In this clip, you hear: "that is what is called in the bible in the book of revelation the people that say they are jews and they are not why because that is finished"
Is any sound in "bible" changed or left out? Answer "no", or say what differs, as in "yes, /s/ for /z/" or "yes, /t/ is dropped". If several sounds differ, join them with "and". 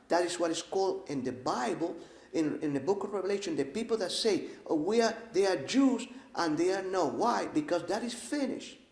yes, /n/ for /l/